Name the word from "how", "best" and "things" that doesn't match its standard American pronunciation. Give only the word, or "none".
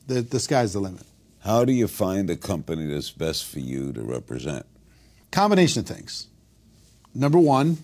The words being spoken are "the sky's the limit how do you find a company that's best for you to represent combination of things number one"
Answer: none